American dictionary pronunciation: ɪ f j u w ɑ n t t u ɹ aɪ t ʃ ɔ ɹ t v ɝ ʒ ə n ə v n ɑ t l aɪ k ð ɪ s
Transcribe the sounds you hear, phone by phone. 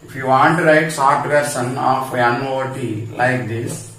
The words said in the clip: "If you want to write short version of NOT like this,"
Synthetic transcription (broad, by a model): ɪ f j u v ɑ n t t u ɹ aɪ t s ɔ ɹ t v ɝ s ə n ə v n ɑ t l aɪ k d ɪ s